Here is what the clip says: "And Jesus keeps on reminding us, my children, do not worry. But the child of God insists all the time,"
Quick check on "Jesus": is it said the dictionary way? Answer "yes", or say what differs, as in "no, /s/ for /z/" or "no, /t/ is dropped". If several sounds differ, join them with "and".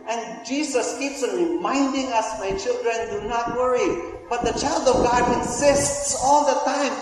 no, /s/ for /z/